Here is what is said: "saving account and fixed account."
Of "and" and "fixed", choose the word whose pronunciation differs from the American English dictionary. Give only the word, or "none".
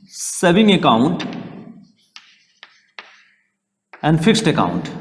none